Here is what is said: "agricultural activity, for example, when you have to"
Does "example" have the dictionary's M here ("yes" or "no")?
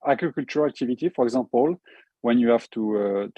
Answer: no